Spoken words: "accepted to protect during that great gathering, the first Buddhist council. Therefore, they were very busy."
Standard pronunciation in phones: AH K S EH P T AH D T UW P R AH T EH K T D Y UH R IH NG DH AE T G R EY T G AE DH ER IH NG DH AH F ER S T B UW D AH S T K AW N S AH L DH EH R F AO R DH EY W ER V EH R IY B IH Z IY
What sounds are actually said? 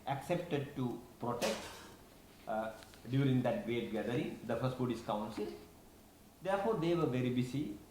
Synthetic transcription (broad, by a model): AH K S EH P T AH D T UW P R AH T EH K T D Y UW R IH NG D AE T G R EY T G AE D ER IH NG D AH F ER S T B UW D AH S K AW N S AH L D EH R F AO R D EY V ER V EH R IY B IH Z IY